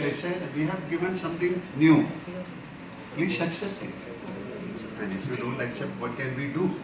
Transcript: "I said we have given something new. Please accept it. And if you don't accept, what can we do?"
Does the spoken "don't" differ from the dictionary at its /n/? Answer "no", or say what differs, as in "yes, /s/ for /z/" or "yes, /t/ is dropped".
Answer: yes, /l/ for /n/